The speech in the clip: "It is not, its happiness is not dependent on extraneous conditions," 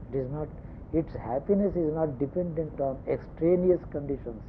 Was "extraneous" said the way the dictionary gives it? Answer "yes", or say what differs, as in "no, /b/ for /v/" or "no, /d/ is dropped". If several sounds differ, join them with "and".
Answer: yes